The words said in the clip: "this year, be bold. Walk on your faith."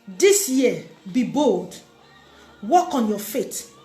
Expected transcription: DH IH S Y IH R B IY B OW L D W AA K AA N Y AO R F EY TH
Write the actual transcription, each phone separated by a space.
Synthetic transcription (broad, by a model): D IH S Y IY B IY B OW L D W AA K AA N Y AO F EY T